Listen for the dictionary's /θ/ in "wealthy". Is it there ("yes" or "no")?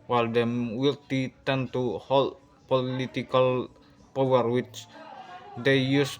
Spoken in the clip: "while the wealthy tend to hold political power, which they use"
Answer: no